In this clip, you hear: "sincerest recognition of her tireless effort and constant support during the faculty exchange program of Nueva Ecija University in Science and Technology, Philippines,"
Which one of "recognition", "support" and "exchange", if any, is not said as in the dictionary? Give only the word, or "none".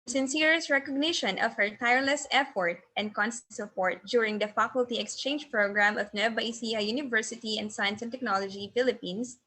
none